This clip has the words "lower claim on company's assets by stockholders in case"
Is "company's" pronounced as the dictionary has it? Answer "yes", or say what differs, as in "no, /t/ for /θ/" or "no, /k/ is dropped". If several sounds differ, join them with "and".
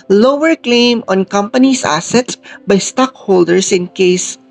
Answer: no, /s/ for /z/